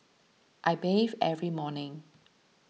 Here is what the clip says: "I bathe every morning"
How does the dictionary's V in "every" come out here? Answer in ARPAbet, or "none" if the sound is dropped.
V